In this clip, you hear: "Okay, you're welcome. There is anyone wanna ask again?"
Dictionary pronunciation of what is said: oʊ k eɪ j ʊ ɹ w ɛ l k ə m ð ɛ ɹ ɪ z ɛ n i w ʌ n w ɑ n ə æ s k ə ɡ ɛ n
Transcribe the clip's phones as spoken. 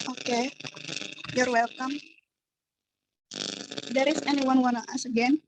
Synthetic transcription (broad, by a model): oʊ k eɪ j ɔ ɹ w ɛ l k ə m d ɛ ɹ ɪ s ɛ n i w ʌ n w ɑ n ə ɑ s ə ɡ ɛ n